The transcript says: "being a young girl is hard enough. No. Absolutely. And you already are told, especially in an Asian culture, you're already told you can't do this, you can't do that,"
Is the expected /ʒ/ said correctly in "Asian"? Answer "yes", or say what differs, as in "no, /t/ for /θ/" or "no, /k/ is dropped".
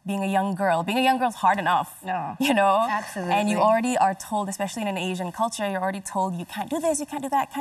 yes